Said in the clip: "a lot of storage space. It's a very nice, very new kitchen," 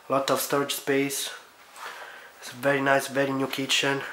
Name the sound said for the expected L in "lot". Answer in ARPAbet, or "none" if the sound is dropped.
L